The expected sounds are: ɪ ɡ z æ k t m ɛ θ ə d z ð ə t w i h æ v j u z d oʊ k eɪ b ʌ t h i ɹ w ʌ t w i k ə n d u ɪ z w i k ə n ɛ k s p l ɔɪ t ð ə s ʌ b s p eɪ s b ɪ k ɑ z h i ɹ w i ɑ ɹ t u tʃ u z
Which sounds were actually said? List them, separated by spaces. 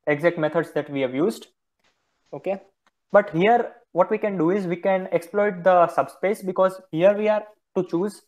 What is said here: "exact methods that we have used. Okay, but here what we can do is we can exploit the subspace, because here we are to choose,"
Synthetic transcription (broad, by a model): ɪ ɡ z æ k t m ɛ t ə d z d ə t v i h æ v j u z d oʊ k eɪ b ʌ t h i ɹ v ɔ t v i k ə n d u ɪ z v i k ə n ɛ k s p l ɔɪ t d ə s ʌ b s p eɪ s b ɪ k ɑ z h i ɹ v i ɑ ɹ t u tʃ u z